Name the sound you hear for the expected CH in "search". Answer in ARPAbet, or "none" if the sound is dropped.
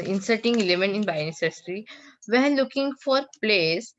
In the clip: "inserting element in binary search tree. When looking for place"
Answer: S